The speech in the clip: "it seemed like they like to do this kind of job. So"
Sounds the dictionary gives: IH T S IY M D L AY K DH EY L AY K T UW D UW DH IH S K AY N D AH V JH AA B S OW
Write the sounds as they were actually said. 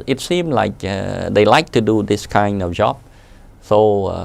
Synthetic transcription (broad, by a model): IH T S IY M L AY K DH EY L AY K T UW D UW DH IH S K AY N D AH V JH AA B S OW